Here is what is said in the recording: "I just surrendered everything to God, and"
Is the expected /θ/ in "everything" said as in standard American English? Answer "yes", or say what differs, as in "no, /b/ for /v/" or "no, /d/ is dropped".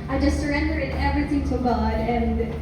yes